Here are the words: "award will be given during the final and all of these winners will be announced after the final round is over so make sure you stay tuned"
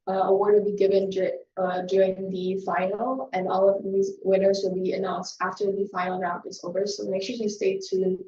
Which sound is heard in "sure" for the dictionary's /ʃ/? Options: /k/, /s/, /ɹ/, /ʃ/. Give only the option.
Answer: /ʃ/